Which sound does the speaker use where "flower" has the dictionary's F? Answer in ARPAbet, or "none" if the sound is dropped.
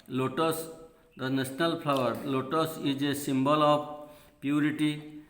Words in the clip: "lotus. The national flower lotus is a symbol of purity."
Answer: P